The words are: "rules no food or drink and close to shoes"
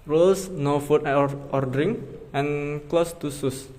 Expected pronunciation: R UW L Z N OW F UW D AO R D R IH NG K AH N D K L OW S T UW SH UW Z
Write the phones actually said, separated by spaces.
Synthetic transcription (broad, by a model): R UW L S N OW F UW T AO R D R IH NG AH N K L OW S T UW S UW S